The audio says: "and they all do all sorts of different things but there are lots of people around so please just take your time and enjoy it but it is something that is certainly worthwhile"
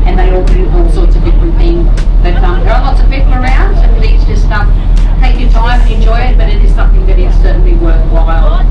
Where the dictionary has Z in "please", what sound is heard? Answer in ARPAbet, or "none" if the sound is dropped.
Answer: S